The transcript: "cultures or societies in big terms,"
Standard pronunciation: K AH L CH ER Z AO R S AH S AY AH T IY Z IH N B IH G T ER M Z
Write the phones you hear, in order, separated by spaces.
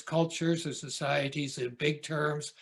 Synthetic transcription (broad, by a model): K AH L CH ER Z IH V S AH S AY AH T IY Z IH N B IH G T ER M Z